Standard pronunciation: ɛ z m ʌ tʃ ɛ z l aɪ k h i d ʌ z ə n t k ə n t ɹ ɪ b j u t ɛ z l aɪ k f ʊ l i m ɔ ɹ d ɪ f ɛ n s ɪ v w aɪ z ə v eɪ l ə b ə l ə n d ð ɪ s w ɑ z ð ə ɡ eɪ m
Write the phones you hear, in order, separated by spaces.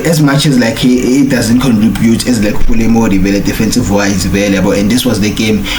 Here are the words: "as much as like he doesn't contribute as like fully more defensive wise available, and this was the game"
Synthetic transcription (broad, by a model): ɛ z m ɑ tʃ ɛ z l aɪ k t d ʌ z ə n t k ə n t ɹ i b j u t ɛ z l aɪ k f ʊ l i m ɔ l d ɪ f ɛ n s ɪ v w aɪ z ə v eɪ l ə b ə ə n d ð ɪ s w ɑ z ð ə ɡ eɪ m